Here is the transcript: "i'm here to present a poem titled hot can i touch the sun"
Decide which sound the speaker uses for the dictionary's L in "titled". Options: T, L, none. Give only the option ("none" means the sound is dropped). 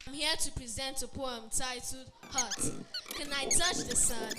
none